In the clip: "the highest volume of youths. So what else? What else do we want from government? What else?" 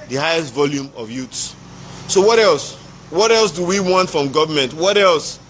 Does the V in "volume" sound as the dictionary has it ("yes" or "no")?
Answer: yes